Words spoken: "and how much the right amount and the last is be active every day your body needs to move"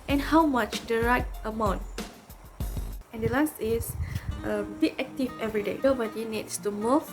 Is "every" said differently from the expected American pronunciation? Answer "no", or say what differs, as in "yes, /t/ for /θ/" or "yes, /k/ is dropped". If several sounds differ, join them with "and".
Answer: no